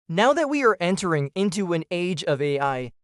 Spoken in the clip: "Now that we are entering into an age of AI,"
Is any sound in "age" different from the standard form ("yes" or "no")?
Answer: no